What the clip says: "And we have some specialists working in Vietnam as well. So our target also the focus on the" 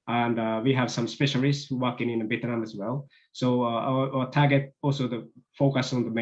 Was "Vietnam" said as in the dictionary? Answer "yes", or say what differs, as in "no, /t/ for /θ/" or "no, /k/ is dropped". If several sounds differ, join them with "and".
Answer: no, /b/ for /v/